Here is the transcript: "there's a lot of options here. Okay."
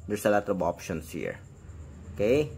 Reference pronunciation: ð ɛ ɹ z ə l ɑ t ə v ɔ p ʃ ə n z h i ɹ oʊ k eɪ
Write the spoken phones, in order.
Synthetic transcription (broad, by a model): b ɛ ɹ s ə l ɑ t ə b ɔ p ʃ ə n s h i ɹ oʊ k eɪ